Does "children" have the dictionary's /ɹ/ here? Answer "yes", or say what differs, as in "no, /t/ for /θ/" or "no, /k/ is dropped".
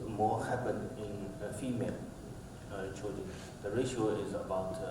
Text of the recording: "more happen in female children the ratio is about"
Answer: no, /ɹ/ is dropped